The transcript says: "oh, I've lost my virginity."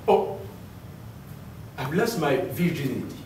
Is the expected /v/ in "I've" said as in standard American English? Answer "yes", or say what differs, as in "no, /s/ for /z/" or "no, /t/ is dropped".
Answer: no, /b/ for /v/